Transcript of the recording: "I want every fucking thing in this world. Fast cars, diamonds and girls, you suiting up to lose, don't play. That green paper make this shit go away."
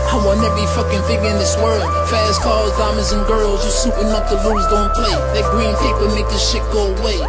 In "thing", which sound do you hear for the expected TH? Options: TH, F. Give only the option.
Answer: F